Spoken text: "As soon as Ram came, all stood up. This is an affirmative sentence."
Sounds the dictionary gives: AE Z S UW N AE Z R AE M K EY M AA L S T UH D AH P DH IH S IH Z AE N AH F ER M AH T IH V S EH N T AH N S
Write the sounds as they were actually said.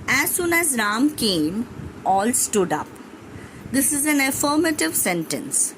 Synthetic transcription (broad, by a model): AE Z S UW N AE Z R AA M K EY M AA L S T UH D AH P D IH S IH Z AE N AH F ER M AH T IH V S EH N T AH N S